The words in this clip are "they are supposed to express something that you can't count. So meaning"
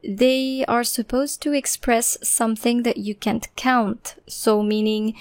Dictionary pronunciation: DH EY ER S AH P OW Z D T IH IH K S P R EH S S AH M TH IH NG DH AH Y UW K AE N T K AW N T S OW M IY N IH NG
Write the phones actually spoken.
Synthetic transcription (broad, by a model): DH EY ER S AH P OW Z T IH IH K S P R EH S S AH M TH IH NG DH AH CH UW K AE N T K AW N T S OW M IY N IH NG